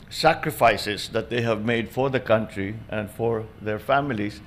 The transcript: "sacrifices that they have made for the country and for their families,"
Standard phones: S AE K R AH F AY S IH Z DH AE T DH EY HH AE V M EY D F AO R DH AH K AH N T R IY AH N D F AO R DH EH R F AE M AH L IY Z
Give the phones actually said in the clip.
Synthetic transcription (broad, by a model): S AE K R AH F AY S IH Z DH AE T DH EY HH AE V M EY D F AO R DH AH K AH N T R IY AH N D F AO R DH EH R F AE M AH L IY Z